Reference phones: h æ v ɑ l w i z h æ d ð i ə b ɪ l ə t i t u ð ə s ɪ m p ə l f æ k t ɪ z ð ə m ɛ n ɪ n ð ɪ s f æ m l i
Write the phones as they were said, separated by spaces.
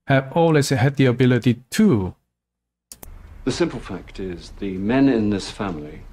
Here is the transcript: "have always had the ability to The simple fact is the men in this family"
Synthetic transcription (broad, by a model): h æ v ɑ l w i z h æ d ð i ə b ɪ l ə t i t u ð ə s ɪ m p ə l f æ k t ɪ z ð ə m ɛ n ɪ n ð ɪ s f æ m l i